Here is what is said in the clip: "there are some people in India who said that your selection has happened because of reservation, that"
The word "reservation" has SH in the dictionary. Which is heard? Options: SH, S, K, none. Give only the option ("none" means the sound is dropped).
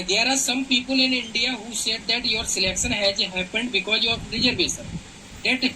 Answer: S